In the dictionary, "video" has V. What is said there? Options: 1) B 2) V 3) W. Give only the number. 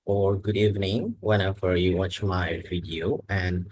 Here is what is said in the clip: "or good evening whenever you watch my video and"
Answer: 3